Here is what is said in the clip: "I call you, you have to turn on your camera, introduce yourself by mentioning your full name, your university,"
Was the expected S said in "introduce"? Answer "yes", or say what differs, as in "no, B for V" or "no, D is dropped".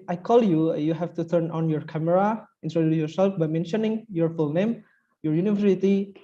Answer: no, S is dropped